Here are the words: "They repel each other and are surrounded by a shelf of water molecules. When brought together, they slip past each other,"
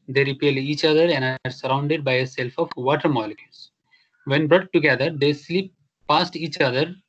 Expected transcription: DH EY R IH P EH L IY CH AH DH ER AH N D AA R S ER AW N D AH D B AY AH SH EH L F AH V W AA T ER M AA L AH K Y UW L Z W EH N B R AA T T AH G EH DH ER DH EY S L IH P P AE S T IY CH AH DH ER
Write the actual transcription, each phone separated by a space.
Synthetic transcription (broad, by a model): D EY R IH P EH L IY CH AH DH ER AH N D AA R S ER AW N D AH D B AY AH S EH L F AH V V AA T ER M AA L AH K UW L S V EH N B R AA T T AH G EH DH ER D EY S L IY P P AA S T IY CH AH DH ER